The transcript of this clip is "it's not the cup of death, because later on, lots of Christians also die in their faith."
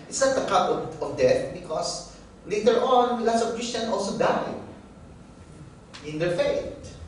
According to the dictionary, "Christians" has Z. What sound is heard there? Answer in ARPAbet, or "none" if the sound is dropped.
none